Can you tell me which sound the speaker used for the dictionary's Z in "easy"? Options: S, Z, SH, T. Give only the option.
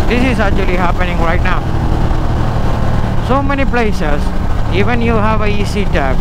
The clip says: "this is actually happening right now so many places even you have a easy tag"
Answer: S